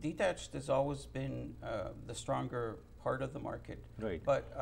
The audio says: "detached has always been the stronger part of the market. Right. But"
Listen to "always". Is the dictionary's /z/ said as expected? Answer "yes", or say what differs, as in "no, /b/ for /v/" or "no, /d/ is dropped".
yes